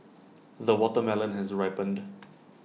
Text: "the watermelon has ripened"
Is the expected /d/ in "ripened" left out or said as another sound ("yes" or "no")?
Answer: no